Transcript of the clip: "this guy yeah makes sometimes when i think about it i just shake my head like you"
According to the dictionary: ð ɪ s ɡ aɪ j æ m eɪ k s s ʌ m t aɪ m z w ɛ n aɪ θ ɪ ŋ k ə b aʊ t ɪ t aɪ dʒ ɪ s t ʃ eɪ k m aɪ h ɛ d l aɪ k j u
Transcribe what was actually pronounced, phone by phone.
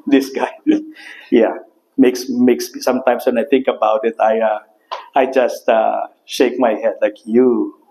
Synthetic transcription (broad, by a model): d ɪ s ɡ aɪ j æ m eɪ k s s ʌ m t aɪ m s w ɛ n aɪ t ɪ ŋ k ə b aʊ t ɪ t aɪ dʒ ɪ s t ʃ eɪ k m aɪ h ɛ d l aɪ k j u